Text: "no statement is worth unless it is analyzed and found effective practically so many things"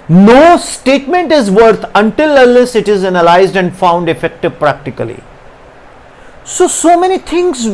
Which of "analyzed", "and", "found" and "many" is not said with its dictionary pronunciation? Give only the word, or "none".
none